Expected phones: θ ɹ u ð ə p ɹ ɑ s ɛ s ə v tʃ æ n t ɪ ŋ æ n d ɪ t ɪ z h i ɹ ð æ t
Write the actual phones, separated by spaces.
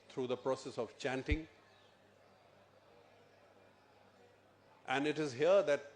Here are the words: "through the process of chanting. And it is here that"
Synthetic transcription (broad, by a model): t ɹ u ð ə p ɹ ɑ s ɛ s ə v tʃ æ n t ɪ ŋ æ n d ɪ t ɪ z h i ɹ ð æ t